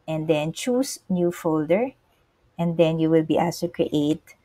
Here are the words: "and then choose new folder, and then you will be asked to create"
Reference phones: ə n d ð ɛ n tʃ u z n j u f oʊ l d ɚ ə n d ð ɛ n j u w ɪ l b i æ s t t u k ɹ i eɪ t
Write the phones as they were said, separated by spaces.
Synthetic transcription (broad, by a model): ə n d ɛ n tʃ u s n j u f oʊ l d ɚ ə n d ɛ n j u w ɪ l b i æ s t t u k ɹ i eɪ t